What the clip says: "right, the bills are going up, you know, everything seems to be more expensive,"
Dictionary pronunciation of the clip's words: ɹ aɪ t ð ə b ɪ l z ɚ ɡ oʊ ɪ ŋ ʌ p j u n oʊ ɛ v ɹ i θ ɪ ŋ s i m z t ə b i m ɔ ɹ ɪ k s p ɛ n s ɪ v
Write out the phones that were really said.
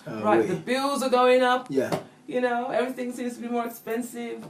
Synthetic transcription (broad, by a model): ɹ aɪ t ð ə b ɪ l z ɚ ɡ oʊ ɪ ŋ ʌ p j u n oʊ ɛ v ɹ i θ ɪ ŋ s i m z t ə b i m ɔ ɹ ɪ k s p ɛ n s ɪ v